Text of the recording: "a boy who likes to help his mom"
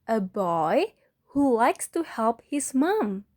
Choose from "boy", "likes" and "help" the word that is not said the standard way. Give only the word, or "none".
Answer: none